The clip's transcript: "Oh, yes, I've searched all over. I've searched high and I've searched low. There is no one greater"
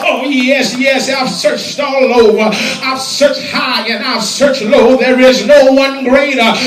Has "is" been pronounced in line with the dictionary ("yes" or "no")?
yes